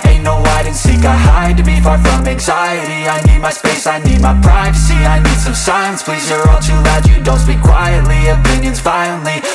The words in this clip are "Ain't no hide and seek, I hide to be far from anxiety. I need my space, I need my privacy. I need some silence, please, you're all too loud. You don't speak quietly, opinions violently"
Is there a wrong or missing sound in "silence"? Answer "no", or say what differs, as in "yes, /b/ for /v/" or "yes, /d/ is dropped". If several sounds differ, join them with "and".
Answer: yes, /l/ is dropped